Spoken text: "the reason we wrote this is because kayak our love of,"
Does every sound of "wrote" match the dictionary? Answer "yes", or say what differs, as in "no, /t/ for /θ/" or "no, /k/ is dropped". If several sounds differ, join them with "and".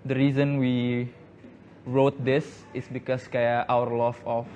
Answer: yes